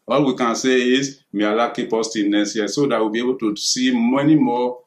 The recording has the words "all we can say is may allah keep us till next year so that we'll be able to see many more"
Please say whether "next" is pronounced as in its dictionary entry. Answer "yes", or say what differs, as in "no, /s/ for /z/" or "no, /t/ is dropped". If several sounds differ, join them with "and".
no, /k/ is dropped